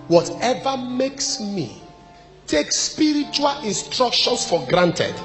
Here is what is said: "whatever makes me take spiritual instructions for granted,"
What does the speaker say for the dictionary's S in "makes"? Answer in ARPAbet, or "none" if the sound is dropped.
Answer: S